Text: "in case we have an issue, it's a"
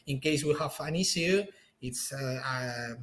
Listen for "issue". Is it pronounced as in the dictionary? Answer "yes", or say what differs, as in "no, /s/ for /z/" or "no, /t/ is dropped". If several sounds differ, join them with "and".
no, /s/ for /ʃ/